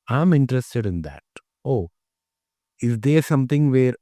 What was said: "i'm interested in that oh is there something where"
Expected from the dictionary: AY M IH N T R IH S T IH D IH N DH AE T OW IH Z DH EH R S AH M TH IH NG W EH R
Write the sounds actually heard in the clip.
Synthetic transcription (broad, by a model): AY M IH N T R IH S T IH D IH N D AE T OW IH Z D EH R S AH M T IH NG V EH R